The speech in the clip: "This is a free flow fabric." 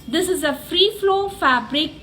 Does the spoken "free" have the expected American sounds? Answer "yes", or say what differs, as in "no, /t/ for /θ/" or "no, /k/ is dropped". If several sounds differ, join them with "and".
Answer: yes